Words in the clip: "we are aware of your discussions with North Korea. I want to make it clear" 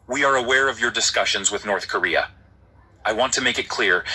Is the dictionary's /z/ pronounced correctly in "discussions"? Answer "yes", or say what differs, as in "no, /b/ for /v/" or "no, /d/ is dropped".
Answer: yes